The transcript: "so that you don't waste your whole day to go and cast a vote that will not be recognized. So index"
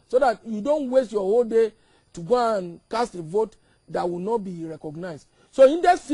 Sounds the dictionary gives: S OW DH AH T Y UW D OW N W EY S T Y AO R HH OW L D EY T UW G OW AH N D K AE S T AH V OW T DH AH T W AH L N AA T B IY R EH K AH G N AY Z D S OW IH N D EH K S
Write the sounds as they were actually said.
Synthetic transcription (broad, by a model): S OW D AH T Y UW D OW N W EY S T Y AO HH OW L D EY T UW G OW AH N K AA S T AH V OW T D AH T W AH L N AA T B IY R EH K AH G N AY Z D S OW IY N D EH S